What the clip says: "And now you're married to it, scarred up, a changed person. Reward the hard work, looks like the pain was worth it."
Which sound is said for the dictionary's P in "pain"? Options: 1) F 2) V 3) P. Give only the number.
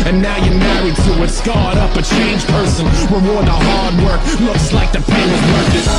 1